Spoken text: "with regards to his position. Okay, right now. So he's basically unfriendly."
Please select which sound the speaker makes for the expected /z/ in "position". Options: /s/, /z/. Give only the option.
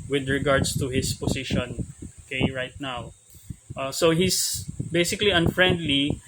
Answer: /s/